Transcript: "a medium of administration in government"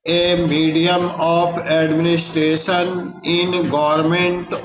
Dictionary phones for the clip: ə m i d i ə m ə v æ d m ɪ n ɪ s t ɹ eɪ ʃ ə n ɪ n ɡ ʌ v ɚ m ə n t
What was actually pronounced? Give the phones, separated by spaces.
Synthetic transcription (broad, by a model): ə m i d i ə m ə p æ d m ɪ n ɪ s t ɹ eɪ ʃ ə n ɪ n ɡ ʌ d m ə n t